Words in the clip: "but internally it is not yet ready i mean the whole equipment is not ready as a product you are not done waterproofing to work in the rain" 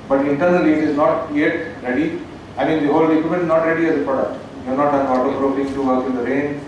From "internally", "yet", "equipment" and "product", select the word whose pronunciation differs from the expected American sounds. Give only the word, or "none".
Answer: equipment